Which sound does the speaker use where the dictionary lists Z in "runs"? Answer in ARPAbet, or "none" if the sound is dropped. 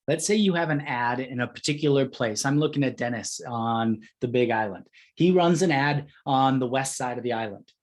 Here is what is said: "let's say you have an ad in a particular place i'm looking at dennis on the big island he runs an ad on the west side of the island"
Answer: Z